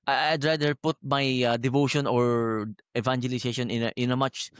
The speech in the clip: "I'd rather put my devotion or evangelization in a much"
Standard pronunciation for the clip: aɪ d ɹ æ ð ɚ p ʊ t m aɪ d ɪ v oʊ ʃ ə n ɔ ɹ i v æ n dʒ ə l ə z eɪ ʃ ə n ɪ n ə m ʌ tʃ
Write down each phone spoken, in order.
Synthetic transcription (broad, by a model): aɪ d ɹ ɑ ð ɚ p ʊ t m aɪ d ɪ v oʊ ʃ ə n ɔ ɹ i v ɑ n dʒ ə l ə s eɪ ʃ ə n ɪ n ə m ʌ tʃ